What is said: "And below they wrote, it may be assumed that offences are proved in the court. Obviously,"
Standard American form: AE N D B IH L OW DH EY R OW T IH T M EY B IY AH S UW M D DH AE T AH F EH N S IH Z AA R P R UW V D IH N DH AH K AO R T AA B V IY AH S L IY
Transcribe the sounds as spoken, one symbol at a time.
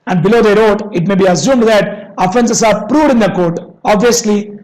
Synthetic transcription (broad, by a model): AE N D B IH L OW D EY R OW T IH T M EY B IY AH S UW M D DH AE T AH F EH N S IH S AA R P R UW V D IH N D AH K AO R T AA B V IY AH S L IY